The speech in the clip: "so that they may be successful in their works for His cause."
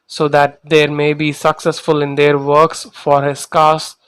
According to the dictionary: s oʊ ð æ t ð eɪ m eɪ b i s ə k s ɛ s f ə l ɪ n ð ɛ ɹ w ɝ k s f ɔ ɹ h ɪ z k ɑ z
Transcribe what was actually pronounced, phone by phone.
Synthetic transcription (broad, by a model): s oʊ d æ t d eɪ m eɪ b i s ə k s ɛ s f ə l ɪ n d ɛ ɹ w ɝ k s f ɔ ɹ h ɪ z k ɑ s